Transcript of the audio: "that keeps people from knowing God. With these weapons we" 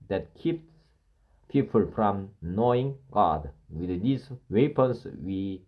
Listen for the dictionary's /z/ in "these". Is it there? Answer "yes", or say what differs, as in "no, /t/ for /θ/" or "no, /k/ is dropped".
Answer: no, /s/ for /z/